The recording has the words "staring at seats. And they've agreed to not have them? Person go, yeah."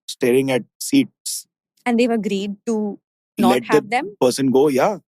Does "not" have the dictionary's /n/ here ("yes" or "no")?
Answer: no